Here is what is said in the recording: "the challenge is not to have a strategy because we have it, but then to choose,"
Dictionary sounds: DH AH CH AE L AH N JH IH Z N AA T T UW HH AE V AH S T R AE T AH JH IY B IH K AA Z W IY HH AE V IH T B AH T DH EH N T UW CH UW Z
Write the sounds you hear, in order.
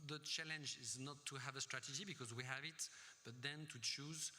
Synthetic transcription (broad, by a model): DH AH CH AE L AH N JH IH Z N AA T T UW HH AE V AH S T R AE T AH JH IY B IH K AA Z W IY HH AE V IH T B AH T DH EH N T UW CH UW Z